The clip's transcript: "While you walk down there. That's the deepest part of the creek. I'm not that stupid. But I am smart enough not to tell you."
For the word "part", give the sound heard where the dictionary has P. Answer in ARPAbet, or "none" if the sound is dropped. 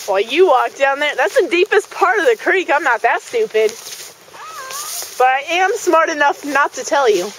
P